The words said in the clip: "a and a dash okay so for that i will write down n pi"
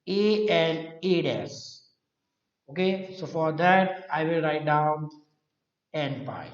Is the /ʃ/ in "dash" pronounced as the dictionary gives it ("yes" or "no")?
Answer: no